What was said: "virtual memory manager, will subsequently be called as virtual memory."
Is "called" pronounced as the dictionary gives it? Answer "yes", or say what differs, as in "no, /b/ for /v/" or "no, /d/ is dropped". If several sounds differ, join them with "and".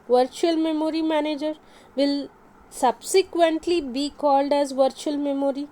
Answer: yes